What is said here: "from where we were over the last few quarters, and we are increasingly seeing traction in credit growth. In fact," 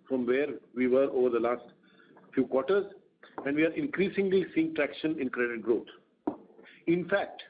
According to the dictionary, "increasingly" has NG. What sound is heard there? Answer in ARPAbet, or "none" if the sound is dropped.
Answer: NG